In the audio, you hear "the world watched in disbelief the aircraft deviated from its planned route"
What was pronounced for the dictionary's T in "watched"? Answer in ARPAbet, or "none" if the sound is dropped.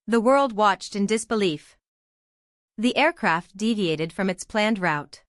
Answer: T